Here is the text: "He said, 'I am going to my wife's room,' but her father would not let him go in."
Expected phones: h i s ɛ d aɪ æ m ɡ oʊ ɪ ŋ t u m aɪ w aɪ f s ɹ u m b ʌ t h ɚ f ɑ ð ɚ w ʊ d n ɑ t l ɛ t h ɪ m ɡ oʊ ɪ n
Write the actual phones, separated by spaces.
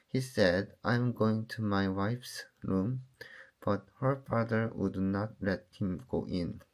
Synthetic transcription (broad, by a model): h i s ɛ d aɪ m ɡ oʊ ɪ ŋ t u m aɪ w aɪ f s ɹ u m b ʌ t h ɚ f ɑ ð ɚ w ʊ d n ɑ t l ɛ t h ɪ m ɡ oʊ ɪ n